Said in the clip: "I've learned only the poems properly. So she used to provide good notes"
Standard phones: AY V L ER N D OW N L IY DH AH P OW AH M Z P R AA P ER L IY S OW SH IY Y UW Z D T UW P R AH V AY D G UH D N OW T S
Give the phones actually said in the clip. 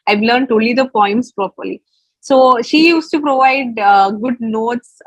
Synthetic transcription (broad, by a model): AY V L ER N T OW L IY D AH P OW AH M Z P R AA P ER L IY S OW SH IY Y UW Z T UW P R AH V AY D G UH D N OW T S